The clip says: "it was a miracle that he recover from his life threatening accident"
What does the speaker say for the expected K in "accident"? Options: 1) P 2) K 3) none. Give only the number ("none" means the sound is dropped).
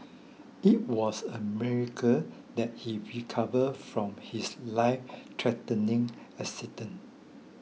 3